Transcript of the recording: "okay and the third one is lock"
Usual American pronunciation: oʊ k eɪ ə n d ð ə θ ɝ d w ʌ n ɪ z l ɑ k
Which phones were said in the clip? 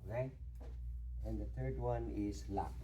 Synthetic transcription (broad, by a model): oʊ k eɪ ə n d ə t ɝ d w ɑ n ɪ s l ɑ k